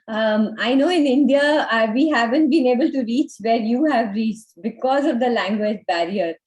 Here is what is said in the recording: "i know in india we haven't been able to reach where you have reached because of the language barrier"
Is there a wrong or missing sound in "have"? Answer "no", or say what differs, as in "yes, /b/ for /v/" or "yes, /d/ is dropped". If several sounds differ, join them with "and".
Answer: no